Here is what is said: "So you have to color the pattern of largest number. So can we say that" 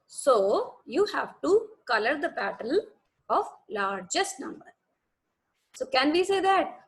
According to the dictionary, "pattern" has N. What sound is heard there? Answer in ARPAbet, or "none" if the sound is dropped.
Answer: L